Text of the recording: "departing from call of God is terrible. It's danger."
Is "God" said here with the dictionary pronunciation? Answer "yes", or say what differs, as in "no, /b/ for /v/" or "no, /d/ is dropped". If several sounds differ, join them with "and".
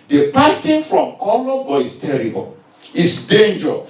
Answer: no, /d/ is dropped